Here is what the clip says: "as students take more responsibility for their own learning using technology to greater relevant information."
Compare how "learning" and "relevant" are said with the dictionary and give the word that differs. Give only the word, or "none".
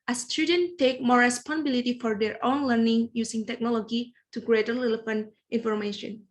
relevant